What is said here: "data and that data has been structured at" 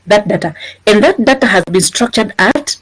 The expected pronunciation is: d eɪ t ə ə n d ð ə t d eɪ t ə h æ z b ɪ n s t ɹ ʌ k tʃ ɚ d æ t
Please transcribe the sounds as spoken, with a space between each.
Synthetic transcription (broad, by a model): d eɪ t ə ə n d ð ə t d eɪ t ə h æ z b ɪ n s t ɹ ʌ k tʃ ɚ d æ t